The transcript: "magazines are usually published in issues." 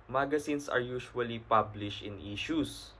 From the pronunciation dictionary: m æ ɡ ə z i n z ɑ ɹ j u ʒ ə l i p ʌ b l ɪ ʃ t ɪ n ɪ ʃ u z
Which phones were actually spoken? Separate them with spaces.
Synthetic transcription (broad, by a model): m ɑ ɡ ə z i n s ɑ ɹ j u ʃ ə l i p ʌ b l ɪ ʃ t ɪ n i ʃ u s